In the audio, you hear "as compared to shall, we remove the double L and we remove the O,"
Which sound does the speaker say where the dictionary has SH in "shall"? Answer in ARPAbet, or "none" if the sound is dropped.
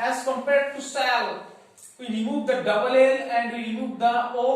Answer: S